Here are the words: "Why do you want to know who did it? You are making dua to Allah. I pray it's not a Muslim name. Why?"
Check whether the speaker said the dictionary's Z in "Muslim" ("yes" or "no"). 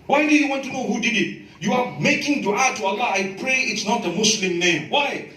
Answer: no